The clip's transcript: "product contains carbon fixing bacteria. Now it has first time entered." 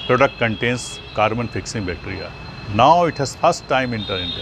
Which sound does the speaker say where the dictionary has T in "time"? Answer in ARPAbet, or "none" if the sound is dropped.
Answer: T